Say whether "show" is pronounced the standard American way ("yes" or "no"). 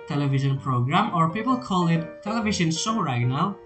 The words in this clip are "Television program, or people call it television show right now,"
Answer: no